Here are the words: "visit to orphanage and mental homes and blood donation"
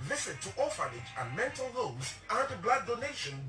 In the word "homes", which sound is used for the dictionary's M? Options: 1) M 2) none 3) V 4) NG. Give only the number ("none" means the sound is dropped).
2